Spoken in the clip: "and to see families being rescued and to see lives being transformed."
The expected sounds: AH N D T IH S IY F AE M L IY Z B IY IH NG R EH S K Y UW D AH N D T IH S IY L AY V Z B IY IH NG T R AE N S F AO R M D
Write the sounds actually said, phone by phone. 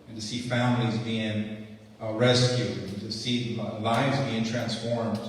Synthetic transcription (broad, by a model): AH N T IH S IY F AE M L IY Z B IY IH NG R EH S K Y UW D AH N T IH S IY L AY V Z B IY IH NG T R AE N S F AO R M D